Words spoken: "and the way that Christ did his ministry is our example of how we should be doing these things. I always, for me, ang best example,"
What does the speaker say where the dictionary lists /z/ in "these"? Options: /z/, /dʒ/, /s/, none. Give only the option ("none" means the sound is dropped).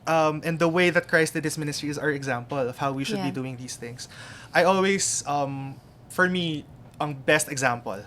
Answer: /s/